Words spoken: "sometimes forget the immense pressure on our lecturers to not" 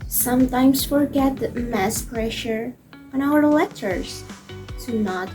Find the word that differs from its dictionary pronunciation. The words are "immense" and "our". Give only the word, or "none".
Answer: immense